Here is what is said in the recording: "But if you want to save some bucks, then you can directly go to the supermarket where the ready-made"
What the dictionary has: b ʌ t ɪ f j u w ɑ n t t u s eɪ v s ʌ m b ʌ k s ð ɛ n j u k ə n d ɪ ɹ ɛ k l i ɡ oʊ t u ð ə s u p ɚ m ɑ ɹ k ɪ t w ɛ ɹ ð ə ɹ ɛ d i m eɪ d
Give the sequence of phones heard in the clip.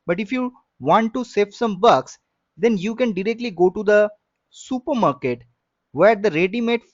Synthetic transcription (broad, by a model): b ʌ t ɪ f j u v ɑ n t t u s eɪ f s ʌ m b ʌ k s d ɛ n j u k ə n d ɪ ɹ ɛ k l i ɡ oʊ t u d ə s u p ɚ m ɑ ɹ k ɪ t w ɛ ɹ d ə ɹ ɛ d i m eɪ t